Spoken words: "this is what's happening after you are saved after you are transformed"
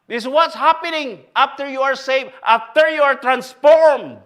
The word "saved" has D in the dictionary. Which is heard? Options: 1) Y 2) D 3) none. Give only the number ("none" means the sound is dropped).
3